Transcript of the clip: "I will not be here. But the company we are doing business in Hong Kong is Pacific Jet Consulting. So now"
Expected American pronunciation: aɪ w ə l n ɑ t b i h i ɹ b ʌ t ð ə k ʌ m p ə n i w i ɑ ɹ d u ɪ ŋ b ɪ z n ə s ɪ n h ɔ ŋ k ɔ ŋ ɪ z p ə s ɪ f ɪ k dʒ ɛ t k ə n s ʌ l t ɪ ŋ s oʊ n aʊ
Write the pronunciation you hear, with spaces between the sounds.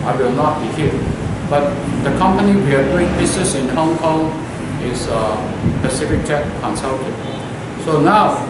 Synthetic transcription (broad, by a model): aɪ w ə l n ɑ t b i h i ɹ b ʌ t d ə k ʌ m p ə n i w i ɑ ɹ d u ɪ ŋ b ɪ s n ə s ɪ n h ɔ ŋ k ɔ ŋ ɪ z p ə s ɪ f ɪ k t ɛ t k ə n s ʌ l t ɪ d s oʊ n aʊ